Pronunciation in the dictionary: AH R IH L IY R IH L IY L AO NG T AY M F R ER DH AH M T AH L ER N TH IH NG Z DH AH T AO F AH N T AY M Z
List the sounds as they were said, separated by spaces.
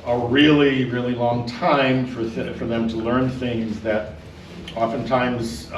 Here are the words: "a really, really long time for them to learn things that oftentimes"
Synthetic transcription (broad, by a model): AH R IH L IY R IH L IY L AO NG T AY M F R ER DH AH M T AH L ER N TH IH NG Z DH AH T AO F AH N T AY M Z